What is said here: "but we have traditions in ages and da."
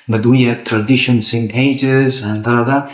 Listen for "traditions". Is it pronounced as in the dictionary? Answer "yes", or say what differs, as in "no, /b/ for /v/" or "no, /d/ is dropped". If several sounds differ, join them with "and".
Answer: no, /s/ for /z/